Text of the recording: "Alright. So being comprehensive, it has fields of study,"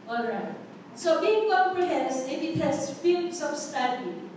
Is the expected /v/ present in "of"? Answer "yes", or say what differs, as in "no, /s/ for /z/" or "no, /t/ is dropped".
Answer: no, /b/ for /v/